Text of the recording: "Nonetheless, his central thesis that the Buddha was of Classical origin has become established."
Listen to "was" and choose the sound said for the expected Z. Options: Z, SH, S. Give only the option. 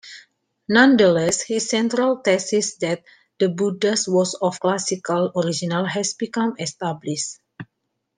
S